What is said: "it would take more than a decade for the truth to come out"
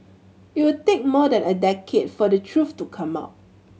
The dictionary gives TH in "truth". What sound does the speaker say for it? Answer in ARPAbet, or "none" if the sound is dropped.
F